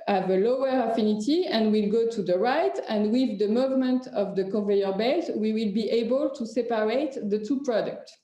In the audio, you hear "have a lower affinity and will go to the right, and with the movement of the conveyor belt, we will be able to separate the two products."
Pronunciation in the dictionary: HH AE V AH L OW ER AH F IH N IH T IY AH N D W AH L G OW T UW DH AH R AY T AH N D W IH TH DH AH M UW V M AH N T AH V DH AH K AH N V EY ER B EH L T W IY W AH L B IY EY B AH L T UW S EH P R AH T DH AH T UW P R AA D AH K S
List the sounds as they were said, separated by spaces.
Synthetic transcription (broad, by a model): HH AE V AH L OW ER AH F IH N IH T IY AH N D W AH L G OW T UW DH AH R AY T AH N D W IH DH AH M UW V M AH N T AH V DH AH K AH V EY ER B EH T W IY W AH L B IY EY B AH L T UW S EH P R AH T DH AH T UW P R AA D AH K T